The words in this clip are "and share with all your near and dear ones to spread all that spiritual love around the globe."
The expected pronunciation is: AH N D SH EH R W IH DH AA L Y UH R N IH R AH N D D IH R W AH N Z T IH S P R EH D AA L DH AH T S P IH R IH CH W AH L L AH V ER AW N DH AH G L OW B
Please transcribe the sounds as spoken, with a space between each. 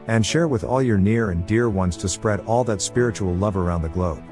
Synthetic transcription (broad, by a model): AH N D SH EH R W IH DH AA L Y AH R N IH R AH N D D IH R W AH N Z T IH S P R EH D AA L DH AH T S P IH R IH CH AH L L AH V ER AW N DH AH G L OW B